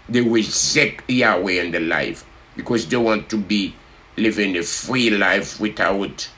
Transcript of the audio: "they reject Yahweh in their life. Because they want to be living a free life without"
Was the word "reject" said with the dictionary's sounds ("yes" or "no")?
no